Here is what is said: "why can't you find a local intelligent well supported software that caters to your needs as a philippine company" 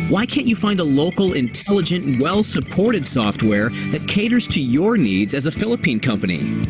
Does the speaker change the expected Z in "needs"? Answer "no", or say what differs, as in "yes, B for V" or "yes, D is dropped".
no